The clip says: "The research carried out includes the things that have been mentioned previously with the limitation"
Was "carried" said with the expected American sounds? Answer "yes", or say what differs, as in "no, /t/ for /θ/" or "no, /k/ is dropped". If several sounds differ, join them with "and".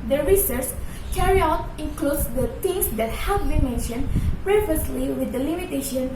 no, /d/ is dropped